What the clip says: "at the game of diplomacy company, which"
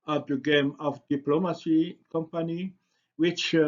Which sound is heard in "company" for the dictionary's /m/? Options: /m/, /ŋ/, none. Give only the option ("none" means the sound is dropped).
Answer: /m/